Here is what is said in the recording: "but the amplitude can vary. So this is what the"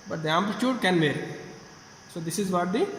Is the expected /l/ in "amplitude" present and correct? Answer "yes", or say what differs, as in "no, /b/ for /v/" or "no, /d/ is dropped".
no, /l/ is dropped